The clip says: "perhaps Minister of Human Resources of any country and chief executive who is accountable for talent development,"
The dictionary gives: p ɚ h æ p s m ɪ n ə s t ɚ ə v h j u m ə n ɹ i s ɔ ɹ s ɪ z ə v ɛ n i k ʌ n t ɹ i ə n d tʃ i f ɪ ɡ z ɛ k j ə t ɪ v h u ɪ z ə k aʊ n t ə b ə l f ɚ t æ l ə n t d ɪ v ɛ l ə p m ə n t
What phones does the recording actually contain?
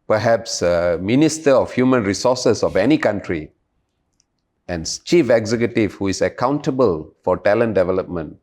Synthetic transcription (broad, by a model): p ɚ h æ p s m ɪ n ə s t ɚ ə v h j u m ə n ɹ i s ɔ s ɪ s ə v ɛ n i k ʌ n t ɹ i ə n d tʃ i f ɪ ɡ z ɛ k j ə t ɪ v h u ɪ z ə k aʊ n t ə b ə l f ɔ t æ l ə n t d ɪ v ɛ l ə p m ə n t